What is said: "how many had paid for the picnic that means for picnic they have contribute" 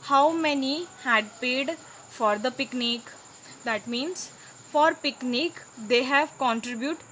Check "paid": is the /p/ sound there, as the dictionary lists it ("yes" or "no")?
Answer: yes